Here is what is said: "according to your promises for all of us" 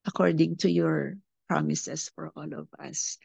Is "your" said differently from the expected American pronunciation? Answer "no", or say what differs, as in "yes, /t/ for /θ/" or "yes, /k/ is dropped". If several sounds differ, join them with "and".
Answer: no